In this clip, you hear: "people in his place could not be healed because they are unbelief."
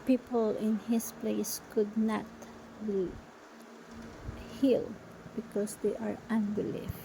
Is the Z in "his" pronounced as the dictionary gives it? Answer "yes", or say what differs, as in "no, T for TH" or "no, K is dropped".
no, S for Z